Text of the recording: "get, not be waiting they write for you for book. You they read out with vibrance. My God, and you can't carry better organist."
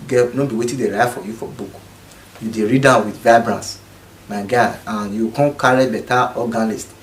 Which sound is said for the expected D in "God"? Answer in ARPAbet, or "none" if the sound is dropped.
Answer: none